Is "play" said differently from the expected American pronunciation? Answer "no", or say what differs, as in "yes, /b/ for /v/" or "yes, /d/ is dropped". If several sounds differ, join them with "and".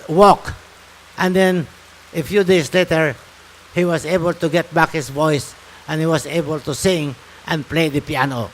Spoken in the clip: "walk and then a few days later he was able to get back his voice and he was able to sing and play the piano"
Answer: no